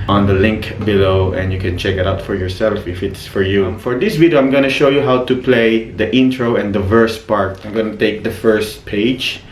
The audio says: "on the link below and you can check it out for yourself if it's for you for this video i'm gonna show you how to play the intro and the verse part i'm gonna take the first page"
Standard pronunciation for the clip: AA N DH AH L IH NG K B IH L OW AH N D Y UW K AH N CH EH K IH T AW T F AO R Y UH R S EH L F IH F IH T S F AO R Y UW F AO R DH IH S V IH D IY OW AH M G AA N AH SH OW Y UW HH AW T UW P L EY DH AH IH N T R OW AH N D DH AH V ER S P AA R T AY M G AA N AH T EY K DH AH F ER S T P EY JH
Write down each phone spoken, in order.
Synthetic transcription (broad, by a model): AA N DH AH L IH NG K B IH L OW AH N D Y UW K AH N CH EH K IH T AW T F AO R Y UH R S EH L F IH F IH T S F AO R Y UW F AO R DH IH S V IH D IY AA AH M G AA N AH SH OW Y UW HH AW T UW P L EY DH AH IH N T R OW AH N D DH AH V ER S P AA R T AY M G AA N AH T EY K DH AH F ER S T P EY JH